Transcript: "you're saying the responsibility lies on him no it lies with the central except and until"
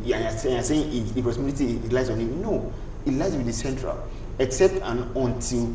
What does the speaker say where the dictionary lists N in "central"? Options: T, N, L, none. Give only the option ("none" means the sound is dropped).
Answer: N